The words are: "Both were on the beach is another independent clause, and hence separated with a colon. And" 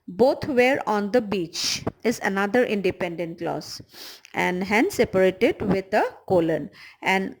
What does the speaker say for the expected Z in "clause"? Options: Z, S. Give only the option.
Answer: S